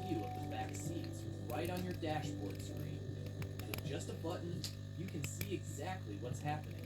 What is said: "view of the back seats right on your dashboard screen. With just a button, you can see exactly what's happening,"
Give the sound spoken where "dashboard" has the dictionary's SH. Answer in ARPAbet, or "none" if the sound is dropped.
SH